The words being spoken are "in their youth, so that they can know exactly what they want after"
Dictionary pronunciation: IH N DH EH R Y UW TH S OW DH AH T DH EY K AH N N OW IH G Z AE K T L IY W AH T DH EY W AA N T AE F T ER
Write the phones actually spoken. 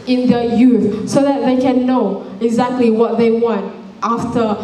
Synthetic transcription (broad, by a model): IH N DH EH Y UW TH S OW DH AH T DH EY K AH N N OW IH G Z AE K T L IY W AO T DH EY W AA N T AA F T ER